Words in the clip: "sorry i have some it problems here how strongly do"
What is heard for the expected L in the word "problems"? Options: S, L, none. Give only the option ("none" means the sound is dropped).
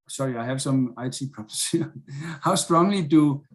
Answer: none